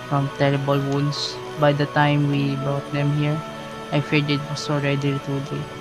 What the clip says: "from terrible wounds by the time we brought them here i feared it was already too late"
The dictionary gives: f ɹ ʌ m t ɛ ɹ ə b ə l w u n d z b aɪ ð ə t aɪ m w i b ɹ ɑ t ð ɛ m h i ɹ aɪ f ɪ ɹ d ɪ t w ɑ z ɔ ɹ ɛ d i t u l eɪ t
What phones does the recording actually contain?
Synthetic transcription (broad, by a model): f ɹ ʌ m t ɛ ɹ ə b ə l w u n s b aɪ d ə t aɪ m w i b ɑ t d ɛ m h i ɹ aɪ f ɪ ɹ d ɪ t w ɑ s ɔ ɹ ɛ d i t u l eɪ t